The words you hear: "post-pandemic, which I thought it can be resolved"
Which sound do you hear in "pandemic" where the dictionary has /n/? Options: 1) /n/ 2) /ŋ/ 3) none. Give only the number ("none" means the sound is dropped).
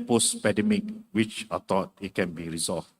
3